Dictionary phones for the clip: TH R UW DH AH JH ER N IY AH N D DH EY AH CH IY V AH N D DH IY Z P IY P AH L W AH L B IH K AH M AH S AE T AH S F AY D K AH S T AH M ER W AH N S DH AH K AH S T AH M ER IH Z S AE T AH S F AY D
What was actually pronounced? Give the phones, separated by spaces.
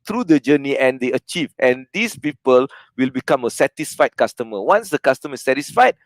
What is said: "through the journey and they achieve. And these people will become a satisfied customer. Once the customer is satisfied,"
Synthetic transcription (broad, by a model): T R UW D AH JH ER N IY AH N D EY AH CH IY V AH N D IY S P IY P AH L W AH L B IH K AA M AH S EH T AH S F AY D K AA S T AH M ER W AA N S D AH K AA S T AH M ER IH S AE T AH S F AY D